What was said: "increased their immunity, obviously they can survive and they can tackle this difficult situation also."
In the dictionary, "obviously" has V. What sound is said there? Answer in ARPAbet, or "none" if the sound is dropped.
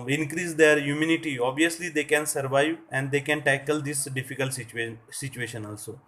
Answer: none